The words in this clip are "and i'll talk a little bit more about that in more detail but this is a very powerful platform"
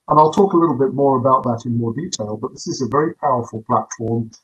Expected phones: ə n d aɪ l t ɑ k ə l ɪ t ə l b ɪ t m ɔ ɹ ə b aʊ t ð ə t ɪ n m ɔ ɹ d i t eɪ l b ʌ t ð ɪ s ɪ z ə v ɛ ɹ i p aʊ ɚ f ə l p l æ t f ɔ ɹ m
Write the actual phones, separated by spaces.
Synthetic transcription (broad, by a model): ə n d aɪ l t ɑ k ə l ɪ t l b ɪ t m ɔ ɹ ə b aʊ t ð ə t ɪ n m ɔ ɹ d i t eɪ l b ʌ t ð ɪ s ɪ z ə v ɛ ɹ i p aʊ ɚ f ə l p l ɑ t f ɔ ɹ m